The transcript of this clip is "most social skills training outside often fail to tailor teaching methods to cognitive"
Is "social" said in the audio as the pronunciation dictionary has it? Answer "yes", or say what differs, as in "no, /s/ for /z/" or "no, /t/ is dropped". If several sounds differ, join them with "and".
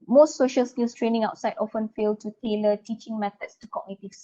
yes